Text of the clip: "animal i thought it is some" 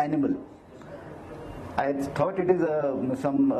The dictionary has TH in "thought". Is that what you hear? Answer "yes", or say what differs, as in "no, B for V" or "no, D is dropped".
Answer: no, T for TH